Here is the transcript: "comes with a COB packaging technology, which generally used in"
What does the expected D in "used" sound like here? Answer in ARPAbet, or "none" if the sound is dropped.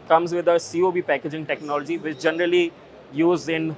none